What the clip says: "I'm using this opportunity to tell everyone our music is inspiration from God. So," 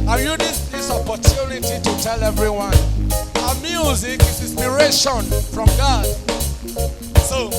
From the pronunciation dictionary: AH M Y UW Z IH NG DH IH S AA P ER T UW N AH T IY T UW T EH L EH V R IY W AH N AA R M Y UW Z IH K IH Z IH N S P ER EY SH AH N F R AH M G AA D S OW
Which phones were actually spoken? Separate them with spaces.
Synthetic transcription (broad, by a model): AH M Y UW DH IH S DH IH S AA P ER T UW N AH T IY T UW T EH L EH V R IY W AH N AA M Y UW Z IH K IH S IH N S P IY EY SH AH N F R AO M G AA D S OW